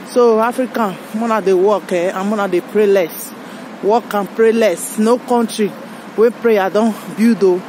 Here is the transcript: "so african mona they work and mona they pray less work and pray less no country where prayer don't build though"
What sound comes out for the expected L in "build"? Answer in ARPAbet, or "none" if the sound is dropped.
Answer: none